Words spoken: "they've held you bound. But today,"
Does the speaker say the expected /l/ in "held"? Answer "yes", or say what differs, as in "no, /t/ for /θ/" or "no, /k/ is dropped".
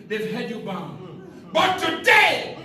no, /l/ is dropped